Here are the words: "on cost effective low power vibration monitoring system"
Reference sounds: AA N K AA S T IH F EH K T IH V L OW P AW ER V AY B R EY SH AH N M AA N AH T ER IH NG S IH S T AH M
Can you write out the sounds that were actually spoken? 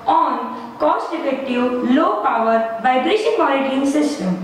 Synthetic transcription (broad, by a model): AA N K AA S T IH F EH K T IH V L OW P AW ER V AY B R EY SH AH N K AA L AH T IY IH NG S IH S T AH M